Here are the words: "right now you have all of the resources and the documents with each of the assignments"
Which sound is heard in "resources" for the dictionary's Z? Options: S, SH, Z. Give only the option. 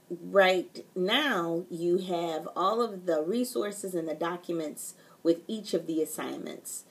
Z